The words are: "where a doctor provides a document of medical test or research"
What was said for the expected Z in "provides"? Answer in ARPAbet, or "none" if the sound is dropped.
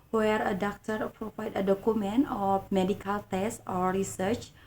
none